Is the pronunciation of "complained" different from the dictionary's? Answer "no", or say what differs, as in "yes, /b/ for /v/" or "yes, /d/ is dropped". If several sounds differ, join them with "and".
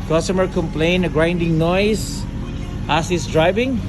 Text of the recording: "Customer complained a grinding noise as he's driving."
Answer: yes, /d/ is dropped